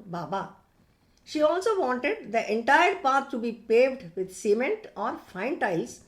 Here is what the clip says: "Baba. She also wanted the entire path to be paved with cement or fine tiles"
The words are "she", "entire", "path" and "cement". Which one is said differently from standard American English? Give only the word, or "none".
path